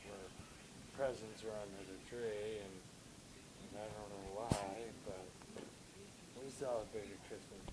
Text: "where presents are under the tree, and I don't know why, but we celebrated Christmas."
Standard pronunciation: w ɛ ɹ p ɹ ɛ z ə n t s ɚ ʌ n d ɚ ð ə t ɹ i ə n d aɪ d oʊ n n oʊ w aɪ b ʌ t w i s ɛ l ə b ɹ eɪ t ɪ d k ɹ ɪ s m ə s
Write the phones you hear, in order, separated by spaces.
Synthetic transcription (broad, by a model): w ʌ ɹ p ɹ ɛ z ə n t s ɚ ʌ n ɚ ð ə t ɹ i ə n aɪ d oʊ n n oʊ w aɪ b ʌ t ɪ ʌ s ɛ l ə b eɪ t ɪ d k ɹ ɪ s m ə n